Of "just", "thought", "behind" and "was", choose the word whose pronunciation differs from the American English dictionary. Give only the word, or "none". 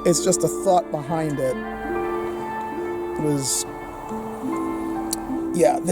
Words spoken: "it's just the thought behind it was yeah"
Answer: none